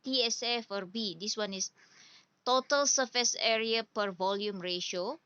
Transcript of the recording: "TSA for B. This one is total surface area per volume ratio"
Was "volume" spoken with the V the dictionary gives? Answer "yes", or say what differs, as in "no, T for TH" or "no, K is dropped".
yes